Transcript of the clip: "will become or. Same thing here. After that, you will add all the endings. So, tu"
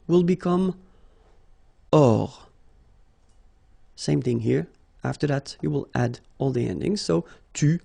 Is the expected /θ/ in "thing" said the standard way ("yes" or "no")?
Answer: yes